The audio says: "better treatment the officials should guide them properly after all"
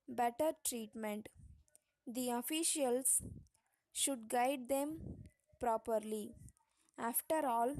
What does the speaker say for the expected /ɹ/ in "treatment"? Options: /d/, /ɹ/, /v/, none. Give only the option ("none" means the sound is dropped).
/ɹ/